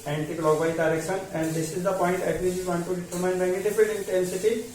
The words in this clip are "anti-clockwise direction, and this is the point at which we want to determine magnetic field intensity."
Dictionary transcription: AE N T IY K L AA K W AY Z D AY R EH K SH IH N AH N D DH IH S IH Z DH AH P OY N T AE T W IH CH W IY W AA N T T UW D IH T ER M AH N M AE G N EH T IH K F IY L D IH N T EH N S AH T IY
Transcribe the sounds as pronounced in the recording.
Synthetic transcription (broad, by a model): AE N T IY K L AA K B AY D AY R EH K SH IH N AH N D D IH S IH Z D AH P OY N T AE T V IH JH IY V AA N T T UW D IH T ER M AH N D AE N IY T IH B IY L IH N T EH N S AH T IY